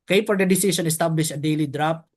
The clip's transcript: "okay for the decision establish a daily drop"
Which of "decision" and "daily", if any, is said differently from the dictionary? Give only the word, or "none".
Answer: decision